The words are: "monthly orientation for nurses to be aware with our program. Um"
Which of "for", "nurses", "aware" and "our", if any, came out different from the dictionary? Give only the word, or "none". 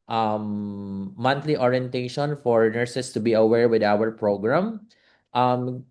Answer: nurses